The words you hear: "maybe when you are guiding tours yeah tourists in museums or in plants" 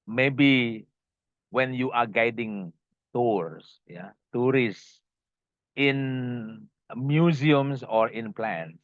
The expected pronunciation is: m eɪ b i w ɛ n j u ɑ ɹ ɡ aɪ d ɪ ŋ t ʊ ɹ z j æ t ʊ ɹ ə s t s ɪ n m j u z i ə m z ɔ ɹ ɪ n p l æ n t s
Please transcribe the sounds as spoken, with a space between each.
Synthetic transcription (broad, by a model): m eɪ b i w ɛ n j u ɑ ɹ ɡ aɪ d ɪ ŋ t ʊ ɹ s j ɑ t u ɹ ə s s ɪ n m j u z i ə m s ɔ ɹ ɪ n p l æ n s